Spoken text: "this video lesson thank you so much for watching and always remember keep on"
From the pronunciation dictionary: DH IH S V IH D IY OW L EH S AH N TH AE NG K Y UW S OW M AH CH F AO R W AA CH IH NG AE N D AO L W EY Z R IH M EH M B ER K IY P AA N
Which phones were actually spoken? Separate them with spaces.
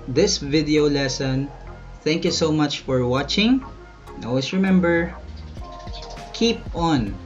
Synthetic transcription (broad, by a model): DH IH S V IH D IY OW L EH S AH N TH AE NG K Y UW S OW M AH CH F AO R W AA CH IH NG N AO L W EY S R IH M EH M B ER K IY P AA N